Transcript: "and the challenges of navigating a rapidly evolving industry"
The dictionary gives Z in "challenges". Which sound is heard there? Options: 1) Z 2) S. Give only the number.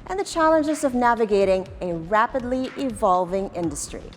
1